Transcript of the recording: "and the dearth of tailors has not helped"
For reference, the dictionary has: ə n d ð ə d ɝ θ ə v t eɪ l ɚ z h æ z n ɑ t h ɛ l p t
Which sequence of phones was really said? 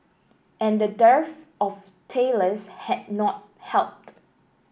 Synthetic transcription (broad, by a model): ə n d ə d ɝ f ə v t eɪ l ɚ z h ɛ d n ɑ t h ɛ l p t